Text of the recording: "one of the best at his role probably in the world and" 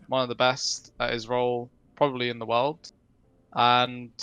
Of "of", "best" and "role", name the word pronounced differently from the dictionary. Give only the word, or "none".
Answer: none